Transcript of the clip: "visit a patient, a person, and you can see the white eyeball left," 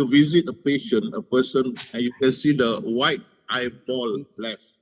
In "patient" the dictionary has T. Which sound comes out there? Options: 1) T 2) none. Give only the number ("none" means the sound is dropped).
2